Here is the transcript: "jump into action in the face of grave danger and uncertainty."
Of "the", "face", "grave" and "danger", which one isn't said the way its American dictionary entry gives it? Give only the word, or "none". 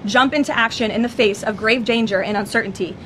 none